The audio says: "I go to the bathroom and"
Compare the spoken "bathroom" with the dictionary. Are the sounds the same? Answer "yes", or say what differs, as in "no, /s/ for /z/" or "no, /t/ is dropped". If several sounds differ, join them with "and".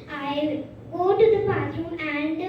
no, /s/ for /θ/